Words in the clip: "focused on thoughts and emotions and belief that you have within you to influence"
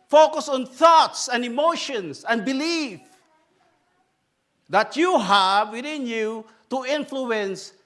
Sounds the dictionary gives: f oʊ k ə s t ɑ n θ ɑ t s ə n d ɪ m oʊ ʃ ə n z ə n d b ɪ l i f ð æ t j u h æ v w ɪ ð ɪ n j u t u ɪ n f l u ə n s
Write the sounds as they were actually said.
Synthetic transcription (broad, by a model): f oʊ k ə s ɑ n θ ɑ t s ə n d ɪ m oʊ ʃ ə n s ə n b ɪ l i f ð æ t j u h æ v w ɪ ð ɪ n j u t u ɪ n f l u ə n s